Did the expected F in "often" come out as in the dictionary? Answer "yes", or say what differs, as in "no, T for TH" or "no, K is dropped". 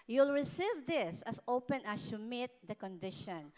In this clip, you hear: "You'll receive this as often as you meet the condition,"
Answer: no, P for F